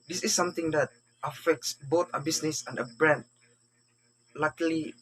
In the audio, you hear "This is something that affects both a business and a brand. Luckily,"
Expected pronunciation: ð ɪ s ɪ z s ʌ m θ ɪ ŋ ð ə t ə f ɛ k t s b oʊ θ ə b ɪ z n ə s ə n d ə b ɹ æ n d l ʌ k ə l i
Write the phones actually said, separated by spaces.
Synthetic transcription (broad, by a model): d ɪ s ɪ s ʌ m t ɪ ŋ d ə t ə f ɛ k t s b oʊ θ ə b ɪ s n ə s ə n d ə b ɹ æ n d l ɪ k l i